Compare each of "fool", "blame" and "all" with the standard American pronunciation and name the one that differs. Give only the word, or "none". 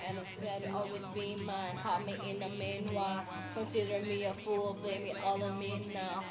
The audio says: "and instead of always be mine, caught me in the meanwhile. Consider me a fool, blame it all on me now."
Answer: none